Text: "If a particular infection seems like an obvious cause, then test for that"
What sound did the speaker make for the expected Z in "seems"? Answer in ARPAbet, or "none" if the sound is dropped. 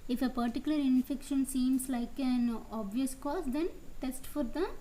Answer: S